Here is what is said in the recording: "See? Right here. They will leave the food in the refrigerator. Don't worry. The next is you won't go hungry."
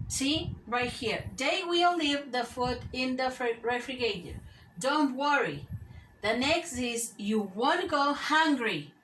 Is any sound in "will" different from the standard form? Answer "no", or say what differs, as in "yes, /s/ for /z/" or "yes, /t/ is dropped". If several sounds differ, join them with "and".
no